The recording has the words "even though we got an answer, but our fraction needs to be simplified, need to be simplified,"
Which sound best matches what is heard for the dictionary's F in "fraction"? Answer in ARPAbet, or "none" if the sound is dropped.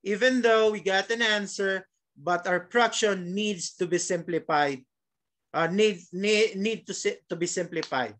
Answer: P